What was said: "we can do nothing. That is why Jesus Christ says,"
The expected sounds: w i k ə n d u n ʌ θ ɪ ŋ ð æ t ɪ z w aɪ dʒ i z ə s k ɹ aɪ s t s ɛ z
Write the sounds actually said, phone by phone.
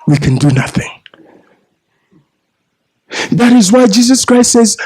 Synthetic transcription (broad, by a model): w i k ə n d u n ʌ θ ɪ ŋ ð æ t ɪ z w aɪ dʒ i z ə s k ɹ aɪ s t s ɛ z